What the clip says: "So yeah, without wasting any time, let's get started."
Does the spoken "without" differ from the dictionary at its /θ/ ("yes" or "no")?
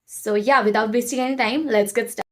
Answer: yes